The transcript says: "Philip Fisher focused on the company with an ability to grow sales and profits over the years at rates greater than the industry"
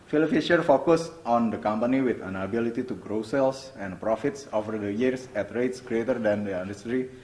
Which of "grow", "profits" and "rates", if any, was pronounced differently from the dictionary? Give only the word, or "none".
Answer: none